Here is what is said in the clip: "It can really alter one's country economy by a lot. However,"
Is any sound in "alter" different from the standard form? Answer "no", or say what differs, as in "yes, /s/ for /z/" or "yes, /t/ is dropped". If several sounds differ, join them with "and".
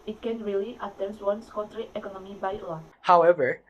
yes, /l/ is dropped